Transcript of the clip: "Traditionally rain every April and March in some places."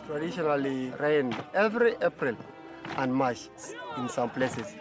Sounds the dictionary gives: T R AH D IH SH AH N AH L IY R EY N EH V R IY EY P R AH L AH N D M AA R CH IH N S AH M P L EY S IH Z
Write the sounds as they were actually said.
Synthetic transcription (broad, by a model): T R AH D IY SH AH N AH L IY R EY N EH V R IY EY P R AH L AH N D M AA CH IH N S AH M P L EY S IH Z